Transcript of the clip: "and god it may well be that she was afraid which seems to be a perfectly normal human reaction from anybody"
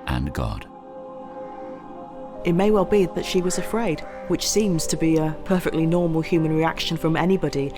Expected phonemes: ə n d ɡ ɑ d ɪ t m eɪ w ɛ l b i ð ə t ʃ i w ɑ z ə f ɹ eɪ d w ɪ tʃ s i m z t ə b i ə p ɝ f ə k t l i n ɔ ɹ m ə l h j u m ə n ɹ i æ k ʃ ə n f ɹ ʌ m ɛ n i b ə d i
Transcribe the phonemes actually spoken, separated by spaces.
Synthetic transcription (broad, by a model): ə n ɡ ɑ d ɪ t m eɪ w ɛ l b i ð ə t ʃ i w ɑ z ə f ɹ eɪ d w ɪ tʃ s i m z t ə b i ə p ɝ f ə k t l i n ɔ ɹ m ə l h j u m ə n ɹ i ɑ k ʃ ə n f ɹ ʌ m ɛ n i b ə d i